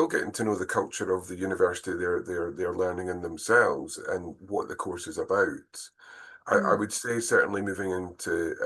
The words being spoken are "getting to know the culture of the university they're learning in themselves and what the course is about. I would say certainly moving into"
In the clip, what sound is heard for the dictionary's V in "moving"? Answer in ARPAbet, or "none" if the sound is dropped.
V